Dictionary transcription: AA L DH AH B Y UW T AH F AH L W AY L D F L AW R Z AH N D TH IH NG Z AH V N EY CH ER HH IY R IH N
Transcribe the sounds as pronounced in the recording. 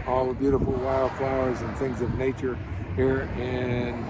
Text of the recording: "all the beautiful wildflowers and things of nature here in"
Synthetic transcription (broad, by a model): AA L DH AH B Y UW T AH F L W AY L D F L AW R Z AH N TH IH NG Z AH V N EY CH ER HH IY R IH N